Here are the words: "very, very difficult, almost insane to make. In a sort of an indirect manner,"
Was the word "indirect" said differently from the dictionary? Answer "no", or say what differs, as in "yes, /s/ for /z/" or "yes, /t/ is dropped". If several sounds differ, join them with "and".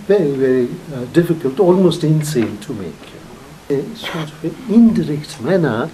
yes, /n/ is dropped